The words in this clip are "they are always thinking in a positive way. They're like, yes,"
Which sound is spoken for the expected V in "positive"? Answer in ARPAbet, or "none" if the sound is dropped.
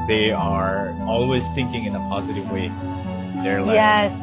V